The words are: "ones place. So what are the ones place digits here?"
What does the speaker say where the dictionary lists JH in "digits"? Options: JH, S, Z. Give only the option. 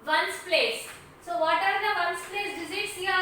Z